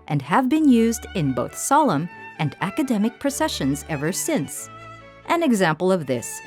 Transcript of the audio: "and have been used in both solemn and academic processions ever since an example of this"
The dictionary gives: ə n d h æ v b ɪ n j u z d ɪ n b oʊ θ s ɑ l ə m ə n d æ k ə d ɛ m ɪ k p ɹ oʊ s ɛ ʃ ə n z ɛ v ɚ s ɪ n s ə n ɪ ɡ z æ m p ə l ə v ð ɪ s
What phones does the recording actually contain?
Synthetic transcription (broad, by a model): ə n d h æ v b ɪ n j u z d ɪ n b oʊ θ s ɑ l ə m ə n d æ k ə d ɛ m ɪ k p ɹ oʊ s ɛ ʃ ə n z ɛ v ɚ s ɪ n s ə n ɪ ɡ z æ m p l ə v ð ɪ s